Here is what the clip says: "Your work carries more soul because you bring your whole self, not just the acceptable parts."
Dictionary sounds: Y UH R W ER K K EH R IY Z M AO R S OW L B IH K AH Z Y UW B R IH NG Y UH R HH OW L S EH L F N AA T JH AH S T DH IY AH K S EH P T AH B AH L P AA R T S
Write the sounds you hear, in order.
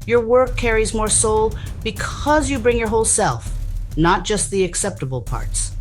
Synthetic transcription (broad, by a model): Y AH R W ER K K EH R IY Z M AO R S OW L B IH K AH Z Y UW B R IH NG Y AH R HH OW L S EH L F N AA T JH AH S T DH IY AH K S EH P T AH B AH L P AA R T S